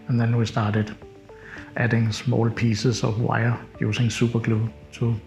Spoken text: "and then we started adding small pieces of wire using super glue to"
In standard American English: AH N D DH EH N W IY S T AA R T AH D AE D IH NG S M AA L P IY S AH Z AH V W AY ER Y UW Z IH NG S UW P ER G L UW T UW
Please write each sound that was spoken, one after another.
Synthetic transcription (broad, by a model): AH N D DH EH N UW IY S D AA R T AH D AE D IH NG S M AA L P IY S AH S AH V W AY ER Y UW S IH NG S UW B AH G L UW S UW